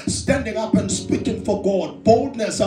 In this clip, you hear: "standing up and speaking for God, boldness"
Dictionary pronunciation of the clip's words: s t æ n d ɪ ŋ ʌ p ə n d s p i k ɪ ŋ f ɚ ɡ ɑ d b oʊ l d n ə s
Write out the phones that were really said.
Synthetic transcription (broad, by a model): s t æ n d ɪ ŋ ʌ p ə n s p i k ɪ ŋ f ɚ ɡ ɑ d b oʊ l d n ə s